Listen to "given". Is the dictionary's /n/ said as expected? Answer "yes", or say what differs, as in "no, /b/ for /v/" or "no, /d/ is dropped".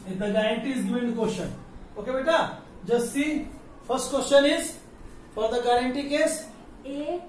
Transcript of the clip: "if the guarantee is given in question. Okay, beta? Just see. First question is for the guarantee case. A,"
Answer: no, /n/ is dropped